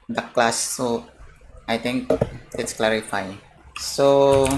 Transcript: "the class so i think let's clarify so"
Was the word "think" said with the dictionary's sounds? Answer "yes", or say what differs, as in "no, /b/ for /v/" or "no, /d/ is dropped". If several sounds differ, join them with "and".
no, /t/ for /θ/